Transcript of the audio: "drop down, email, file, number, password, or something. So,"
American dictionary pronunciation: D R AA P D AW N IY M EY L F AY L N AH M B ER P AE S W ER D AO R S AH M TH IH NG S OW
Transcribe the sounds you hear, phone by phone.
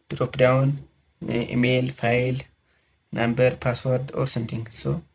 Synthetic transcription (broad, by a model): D R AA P D AW N IY M EY L F AY L N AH M B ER P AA S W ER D AO R S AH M T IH NG S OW